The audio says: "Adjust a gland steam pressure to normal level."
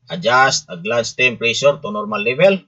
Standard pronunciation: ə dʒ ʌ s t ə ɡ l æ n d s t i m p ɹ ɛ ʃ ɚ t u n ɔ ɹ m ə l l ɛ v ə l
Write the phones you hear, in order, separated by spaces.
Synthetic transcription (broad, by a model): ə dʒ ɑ s t ə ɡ l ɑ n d s t i m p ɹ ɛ s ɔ t u n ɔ ɹ m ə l l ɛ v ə l